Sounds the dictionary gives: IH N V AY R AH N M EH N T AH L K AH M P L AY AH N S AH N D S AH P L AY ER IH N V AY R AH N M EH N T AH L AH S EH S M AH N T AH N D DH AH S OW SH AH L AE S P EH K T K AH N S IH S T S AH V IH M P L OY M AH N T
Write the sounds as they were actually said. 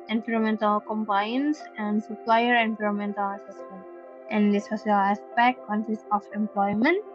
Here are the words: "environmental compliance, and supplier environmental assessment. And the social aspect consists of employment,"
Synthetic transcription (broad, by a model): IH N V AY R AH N M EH N T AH L K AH M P AY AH N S AH N D S AH P L AY ER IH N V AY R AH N M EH N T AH L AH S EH S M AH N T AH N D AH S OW S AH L AE S P EH K T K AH N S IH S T AH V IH M P L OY M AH N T